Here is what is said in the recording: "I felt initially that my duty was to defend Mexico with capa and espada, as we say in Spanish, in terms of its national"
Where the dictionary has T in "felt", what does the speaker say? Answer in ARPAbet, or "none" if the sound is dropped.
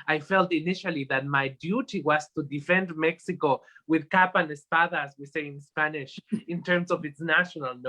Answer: T